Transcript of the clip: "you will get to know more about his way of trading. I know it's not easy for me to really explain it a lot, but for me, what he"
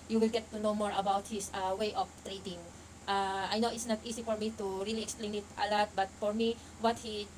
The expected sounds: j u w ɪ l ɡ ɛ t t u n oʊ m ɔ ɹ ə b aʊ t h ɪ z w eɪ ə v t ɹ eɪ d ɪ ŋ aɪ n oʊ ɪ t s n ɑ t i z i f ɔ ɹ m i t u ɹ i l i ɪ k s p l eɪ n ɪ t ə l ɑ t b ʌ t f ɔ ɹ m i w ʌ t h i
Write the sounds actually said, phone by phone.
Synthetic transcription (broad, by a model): j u w ɪ l ɡ ɛ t t u n oʊ m ɔ ɹ ə b aʊ t h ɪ s w eɪ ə f t ɹ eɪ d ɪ ŋ aɪ n oʊ ɪ t s n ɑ t i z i f ɔ ɹ m i t u ɹ i l i ɪ k s p l eɪ n ɪ t ə l ɑ t b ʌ t f ɔ ɹ m i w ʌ t h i